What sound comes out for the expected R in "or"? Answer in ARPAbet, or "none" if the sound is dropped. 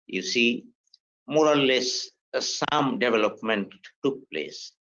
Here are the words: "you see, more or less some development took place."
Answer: L